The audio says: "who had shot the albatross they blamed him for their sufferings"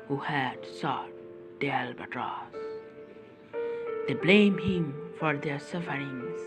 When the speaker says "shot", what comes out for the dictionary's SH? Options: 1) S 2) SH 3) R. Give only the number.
1